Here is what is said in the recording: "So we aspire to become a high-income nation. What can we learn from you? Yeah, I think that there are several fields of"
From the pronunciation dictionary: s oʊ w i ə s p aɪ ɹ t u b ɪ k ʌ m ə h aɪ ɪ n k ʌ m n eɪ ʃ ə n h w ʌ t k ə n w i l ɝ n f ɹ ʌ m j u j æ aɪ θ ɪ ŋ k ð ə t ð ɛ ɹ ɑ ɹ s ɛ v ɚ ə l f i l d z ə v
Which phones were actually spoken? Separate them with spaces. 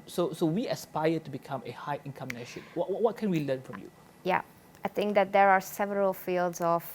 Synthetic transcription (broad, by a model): s oʊ w i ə s p aɪ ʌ t u b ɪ k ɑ m ə h aɪ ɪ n k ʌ m n eɪ ʃ ə n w w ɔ t k ə n w i l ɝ n f ɹ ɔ m j u j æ aɪ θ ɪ ŋ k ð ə t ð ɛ ɹ ɑ ɹ s ɛ v ɚ ə l f i l d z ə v